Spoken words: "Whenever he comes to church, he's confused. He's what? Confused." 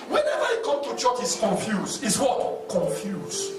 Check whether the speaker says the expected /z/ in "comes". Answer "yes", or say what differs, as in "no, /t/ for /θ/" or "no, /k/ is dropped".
no, /z/ is dropped